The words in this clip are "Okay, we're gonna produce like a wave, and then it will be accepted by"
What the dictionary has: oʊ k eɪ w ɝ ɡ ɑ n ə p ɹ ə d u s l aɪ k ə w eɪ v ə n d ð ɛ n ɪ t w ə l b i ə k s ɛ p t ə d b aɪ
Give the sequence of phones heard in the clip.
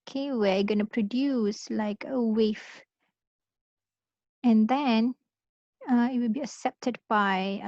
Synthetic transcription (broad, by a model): k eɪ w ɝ ɡ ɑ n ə p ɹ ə d u s l aɪ k ə w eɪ f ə n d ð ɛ n ɪ t w ə l b i ə k s ɛ p t ə d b aɪ